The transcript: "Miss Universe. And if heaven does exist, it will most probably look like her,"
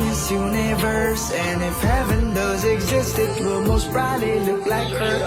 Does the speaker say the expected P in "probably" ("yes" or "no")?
no